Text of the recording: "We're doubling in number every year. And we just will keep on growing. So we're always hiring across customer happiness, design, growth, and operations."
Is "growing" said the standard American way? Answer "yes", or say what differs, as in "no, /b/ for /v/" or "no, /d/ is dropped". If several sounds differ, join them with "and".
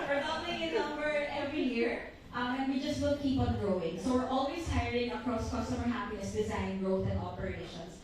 yes